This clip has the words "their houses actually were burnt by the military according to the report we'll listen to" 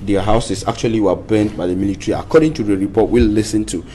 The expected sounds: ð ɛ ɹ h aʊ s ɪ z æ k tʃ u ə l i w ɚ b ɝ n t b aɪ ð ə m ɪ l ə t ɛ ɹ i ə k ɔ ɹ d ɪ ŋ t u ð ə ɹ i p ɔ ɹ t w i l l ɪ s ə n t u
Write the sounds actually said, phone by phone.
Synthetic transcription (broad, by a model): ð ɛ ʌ h aʊ s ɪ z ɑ k tʃ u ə l i w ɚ b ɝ n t b aɪ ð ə m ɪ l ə t ɹ i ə k ɔ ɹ d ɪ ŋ t u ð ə ɹ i p ɔ t w i l l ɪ s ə n t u